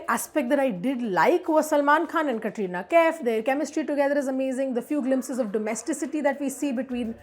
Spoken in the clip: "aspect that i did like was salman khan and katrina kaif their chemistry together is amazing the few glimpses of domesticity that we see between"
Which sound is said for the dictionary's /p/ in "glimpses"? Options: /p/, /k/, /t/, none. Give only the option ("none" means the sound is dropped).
/p/